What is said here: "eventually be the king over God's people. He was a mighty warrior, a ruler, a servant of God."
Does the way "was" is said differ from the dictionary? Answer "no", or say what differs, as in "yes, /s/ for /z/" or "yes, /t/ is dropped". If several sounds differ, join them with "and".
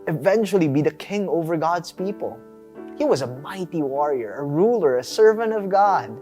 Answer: no